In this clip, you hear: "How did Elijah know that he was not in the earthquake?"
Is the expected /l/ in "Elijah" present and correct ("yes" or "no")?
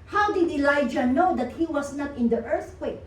yes